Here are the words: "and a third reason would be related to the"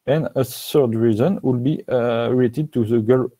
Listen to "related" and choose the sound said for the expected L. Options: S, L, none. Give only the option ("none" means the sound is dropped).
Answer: none